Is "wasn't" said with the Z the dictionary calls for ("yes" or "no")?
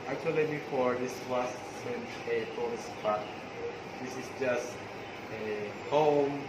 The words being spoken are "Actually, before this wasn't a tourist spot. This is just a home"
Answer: no